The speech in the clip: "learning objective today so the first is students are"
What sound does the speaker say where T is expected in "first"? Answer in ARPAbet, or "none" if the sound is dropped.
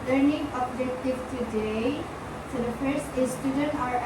none